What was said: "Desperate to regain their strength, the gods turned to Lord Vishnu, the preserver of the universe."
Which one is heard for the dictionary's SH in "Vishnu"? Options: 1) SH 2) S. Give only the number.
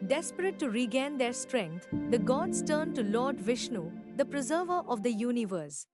1